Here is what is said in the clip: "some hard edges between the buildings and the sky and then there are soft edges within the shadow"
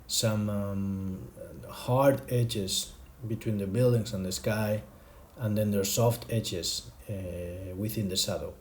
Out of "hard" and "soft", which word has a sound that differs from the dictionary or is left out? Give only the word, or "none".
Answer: none